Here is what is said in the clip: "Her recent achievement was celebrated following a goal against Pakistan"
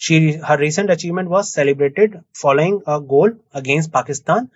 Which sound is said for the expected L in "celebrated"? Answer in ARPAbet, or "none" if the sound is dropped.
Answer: L